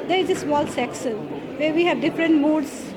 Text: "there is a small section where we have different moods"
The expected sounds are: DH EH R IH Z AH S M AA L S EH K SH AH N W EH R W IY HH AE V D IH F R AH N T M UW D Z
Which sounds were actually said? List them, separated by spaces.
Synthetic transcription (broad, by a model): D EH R IH Z AH S M AA L S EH K S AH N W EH R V IY HH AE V D IH F R AH N T M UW D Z